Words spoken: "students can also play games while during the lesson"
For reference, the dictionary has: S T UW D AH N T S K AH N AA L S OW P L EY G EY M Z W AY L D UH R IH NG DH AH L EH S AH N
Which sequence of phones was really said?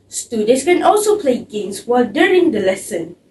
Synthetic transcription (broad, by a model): S T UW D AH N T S K AH N AA L S OW P L EY G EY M S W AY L D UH R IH NG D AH L EH S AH N